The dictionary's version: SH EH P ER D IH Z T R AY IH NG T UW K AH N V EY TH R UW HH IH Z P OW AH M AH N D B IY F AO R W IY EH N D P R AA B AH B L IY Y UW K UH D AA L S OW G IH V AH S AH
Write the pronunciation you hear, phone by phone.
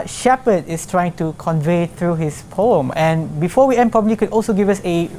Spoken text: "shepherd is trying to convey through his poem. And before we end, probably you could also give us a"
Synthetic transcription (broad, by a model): SH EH P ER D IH S T R AY IH NG T UW K AH N V EY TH R UW HH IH S P OW AH M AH N B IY F AO W IY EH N P R AA B AH B L IY K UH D AA L S OW G IH V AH S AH